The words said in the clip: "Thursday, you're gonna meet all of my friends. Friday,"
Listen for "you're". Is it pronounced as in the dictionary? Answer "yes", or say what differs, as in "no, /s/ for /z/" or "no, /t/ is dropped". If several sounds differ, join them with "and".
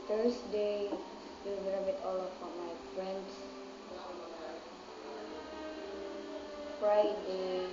no, /l/ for /ɹ/